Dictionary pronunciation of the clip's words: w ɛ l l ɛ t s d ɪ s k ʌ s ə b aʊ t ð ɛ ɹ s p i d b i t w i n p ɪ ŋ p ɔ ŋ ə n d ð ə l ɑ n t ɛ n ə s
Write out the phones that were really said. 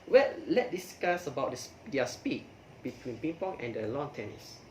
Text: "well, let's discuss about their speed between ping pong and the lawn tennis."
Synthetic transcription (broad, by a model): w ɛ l l ɛ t d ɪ s k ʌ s ə b aʊ t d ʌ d s p i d b i t w i n p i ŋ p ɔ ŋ ə n d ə l ɑ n t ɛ n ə s